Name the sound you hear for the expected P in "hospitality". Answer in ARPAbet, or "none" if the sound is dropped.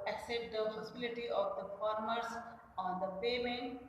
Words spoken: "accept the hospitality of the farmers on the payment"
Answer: none